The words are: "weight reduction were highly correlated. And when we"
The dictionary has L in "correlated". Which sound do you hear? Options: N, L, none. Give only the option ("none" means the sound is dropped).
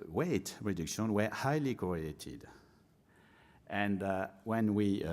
none